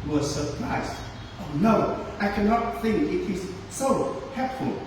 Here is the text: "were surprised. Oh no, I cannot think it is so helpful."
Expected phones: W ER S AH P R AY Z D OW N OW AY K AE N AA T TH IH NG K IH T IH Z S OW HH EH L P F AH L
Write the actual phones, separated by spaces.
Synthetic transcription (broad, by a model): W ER S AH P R AY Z OW N OW AY K AE N AA T TH IH NG K IH T IH Z S OW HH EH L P F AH L